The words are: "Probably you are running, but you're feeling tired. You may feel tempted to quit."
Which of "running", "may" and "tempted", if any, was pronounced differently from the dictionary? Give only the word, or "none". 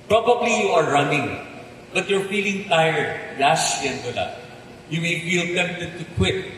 tempted